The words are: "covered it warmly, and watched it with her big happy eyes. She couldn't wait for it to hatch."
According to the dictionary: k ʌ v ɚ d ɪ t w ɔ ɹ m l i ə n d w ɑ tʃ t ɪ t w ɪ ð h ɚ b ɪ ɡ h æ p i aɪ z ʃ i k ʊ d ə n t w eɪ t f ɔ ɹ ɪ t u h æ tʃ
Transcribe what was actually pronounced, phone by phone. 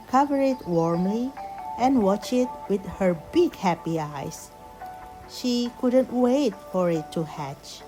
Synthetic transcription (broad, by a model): k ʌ v ɚ ɪ t w ɔ ɹ m l i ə n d w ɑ tʃ ɪ t w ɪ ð h ɚ b ɪ ɡ h æ p i aɪ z ʃ i k ʊ d ə n t w eɪ t f ɔ ɹ ɪ t u h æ tʃ